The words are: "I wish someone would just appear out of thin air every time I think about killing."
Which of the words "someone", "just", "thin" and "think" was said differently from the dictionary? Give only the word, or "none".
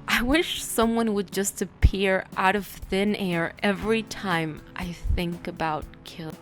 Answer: none